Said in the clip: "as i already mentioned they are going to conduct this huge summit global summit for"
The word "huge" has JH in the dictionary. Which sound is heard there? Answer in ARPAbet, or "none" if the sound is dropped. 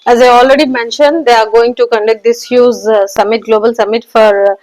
Z